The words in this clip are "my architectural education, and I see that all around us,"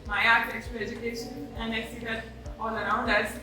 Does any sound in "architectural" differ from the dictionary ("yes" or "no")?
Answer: yes